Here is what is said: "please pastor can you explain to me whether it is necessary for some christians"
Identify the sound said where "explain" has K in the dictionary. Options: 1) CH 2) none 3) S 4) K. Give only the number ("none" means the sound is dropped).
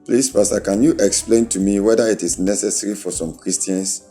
4